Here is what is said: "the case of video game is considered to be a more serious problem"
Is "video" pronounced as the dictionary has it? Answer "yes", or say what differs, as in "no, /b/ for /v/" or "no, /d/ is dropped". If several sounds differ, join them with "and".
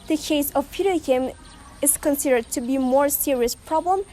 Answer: no, /p/ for /v/